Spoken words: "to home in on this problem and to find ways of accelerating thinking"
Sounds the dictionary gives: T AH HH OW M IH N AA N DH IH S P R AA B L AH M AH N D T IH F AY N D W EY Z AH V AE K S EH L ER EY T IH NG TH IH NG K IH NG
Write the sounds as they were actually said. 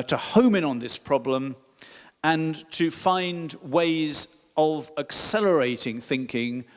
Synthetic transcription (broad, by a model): T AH HH OW M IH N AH N DH IH S P R AA B L AH M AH N T IH F AY N D W EY Z AH V AE K S EH L ER EY T IH NG TH IH NG K IH NG